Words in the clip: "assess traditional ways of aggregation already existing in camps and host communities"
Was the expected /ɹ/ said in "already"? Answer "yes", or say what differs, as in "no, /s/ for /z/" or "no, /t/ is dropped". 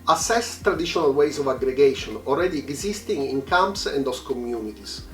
no, /l/ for /ɹ/